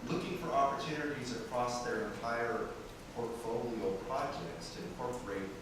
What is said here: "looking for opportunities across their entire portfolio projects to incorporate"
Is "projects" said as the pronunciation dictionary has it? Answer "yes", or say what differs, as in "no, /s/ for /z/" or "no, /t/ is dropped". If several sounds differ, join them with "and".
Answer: yes